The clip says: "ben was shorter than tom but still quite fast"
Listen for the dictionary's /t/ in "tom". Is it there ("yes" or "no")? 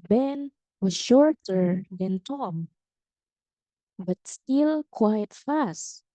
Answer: yes